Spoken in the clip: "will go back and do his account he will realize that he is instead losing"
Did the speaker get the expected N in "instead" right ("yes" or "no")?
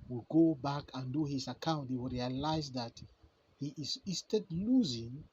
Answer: no